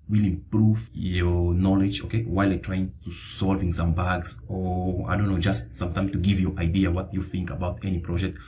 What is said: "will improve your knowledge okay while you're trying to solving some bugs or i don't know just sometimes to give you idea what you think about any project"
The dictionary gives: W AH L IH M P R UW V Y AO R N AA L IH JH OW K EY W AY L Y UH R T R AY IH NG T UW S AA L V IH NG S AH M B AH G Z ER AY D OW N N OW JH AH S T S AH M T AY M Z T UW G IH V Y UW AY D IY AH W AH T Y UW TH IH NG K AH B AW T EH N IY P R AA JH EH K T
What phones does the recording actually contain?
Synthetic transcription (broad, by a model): W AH L IH M P R UW V Y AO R N AA L IH JH OW K EY W AY L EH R T R AY IH NG T UW S AA L V IH NG S AH M B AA G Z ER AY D OW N N OW JH AH S T S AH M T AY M T UW G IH V Y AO AY D IY AH W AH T Y UW TH IH NG K AH B AW T EH N IY P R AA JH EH K T